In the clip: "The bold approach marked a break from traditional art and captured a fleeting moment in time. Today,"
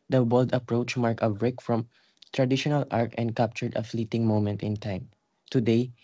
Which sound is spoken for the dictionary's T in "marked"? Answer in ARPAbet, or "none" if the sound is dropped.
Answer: none